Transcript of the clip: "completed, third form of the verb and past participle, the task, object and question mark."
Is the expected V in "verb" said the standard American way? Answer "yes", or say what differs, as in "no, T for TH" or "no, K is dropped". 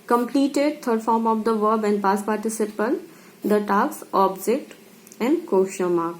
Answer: yes